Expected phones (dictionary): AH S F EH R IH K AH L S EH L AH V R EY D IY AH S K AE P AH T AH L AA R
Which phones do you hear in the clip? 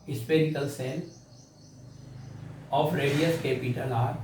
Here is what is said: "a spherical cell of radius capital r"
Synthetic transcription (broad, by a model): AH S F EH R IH K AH L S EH N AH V R EY D IY AH S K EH P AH T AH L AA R